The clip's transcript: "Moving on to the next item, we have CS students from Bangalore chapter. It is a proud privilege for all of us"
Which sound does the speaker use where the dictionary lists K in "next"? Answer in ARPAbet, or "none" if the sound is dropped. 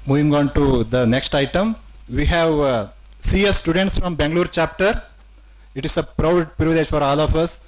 K